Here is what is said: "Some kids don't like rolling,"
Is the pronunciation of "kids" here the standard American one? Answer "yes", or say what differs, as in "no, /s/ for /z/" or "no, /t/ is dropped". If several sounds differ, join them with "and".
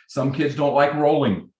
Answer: yes